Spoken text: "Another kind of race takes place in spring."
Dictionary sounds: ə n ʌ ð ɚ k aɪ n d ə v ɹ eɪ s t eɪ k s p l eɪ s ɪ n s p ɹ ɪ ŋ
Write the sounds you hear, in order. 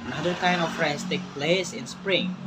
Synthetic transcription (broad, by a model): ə n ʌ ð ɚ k aɪ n ə f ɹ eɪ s t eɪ k p l eɪ s ɪ n s p ɹ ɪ ŋ